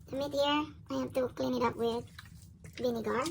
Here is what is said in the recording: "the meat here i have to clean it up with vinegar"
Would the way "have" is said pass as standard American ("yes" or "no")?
no